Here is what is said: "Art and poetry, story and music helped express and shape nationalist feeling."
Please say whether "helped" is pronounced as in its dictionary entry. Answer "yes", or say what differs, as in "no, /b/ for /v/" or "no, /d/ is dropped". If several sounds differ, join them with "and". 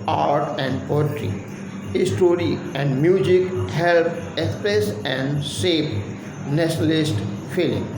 no, /t/ is dropped